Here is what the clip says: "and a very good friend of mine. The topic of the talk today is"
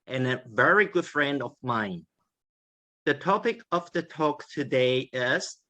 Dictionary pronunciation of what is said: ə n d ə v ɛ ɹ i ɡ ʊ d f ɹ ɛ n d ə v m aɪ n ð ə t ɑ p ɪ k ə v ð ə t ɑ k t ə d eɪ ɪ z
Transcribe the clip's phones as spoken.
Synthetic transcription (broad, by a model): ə n ə v ɛ ɹ i ɡ ʊ d f ɹ ɛ n d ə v m aɪ n ð ə t ɑ p ɪ k ə v ð ə t ɑ k t ə d eɪ ɪ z